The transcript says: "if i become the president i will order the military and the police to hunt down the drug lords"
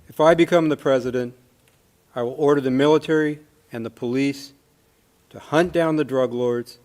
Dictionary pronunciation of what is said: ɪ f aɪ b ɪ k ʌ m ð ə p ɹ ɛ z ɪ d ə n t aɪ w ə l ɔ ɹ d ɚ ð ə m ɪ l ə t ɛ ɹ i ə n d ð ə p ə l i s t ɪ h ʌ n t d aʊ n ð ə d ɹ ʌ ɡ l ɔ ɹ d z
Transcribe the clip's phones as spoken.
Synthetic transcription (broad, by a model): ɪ f aɪ b ɪ k ʌ m ð ə p ɹ ɛ z ɪ d ə n t aɪ w ə l ɔ ɹ d ɚ ð ə m ɪ l ə t ɛ ɹ i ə n ð ə p ə l i s t ɪ h ʌ n d aʊ n ð ə d ɹ ʌ ɡ l ɔ ɹ d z